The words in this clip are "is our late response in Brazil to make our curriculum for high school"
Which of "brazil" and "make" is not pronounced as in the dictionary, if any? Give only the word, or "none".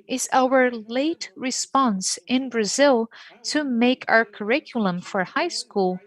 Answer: none